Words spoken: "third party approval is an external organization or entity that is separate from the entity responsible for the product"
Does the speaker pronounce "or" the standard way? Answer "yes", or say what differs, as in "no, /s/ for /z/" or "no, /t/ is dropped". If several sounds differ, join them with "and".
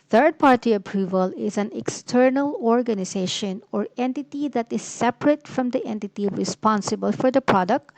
yes